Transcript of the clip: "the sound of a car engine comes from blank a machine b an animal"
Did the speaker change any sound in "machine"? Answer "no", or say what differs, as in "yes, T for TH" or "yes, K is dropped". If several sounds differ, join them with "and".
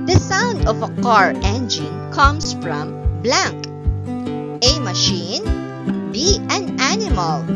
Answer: no